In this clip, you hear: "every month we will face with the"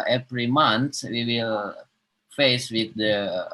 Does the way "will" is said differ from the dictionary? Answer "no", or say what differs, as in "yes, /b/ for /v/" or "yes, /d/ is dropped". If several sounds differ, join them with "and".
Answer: no